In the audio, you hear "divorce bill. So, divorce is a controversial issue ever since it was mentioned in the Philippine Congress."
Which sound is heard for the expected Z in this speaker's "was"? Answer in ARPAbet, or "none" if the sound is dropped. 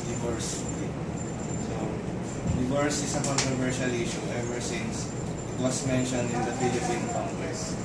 S